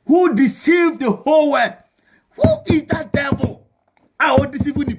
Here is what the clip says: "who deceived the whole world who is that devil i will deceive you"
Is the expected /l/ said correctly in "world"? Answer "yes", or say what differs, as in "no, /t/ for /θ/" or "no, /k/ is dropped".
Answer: no, /l/ is dropped